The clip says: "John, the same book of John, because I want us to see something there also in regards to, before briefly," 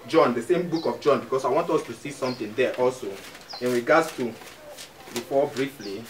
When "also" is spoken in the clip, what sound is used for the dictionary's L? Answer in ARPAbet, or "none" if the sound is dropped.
L